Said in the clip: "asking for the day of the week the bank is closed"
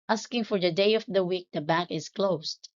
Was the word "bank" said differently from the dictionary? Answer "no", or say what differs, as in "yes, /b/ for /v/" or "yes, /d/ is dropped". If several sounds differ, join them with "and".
yes, /ŋ/ is dropped